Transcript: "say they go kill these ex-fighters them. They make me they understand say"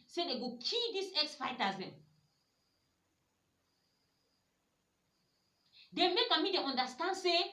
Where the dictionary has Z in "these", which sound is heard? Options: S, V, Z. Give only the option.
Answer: S